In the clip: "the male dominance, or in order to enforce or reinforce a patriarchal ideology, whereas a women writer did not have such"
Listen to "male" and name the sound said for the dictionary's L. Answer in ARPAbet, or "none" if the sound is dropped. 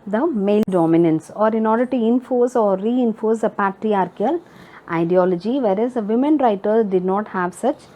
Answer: L